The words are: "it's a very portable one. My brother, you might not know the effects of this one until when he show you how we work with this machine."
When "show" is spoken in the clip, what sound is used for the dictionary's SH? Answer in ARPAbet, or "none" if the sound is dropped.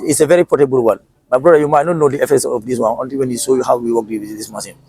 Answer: S